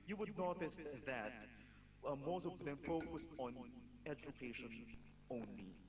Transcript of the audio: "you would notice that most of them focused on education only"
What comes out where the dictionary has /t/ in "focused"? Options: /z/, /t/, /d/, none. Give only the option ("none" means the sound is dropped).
/t/